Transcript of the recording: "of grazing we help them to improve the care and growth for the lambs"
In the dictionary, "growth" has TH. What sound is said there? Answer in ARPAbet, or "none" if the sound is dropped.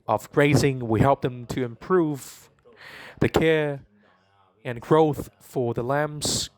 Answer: TH